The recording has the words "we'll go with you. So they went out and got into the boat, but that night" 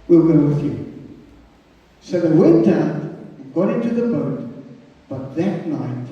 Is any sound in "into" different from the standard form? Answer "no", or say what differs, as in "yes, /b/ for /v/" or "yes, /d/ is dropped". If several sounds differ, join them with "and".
no